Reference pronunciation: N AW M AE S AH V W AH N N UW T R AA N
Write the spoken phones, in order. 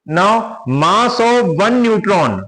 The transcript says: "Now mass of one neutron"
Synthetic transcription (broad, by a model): N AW M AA S AH V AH N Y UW T R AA N